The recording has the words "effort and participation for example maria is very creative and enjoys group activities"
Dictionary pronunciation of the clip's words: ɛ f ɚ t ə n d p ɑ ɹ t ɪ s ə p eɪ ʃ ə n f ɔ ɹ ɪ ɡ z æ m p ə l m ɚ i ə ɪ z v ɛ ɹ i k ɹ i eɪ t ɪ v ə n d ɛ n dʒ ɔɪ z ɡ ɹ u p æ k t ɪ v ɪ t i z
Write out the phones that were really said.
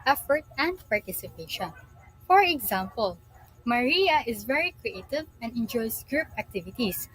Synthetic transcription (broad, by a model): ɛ f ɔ t ə n d p ɑ ɹ t ɪ s ə p eɪ ʃ ə n f ɔ ɹ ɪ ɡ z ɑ m p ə l m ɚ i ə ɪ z v ɛ ɹ i k ɹ i eɪ t ɪ v ə n d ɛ n dʒ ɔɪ s ɡ ɹ u p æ k t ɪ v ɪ t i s